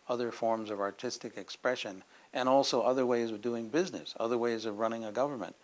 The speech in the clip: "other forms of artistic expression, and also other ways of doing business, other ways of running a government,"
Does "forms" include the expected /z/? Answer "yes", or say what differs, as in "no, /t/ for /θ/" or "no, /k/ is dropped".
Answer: yes